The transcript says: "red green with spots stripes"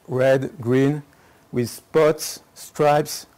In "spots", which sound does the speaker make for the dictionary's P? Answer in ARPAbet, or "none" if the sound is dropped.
P